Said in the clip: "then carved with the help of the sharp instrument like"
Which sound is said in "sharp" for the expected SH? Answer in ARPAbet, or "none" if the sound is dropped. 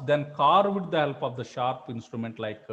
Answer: SH